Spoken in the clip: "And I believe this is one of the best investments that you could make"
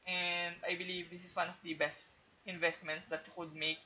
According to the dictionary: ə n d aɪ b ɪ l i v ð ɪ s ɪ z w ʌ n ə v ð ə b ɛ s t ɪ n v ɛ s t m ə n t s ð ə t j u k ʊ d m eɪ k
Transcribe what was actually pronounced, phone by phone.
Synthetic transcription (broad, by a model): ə n d aɪ b ɪ l i v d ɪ s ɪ s w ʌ n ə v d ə b ɛ s t ɪ n v ɛ s t m ə n t s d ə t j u k ʊ d m eɪ k